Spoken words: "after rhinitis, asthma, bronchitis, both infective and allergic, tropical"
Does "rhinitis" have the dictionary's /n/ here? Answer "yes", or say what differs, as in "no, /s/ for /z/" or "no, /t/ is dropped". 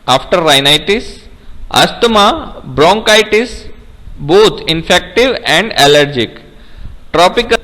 yes